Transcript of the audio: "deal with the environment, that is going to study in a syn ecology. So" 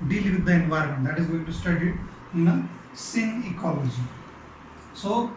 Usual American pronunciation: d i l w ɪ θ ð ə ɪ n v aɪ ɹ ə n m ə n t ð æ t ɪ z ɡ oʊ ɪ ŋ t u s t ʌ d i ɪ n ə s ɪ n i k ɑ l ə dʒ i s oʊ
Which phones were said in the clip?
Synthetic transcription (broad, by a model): d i l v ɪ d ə ɪ n v aɪ ɹ ə n m ə n t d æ t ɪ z ɡ oʊ ɪ ŋ t u s t ʌ d i ɪ n ə s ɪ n i k ɑ l ə dʒ i s oʊ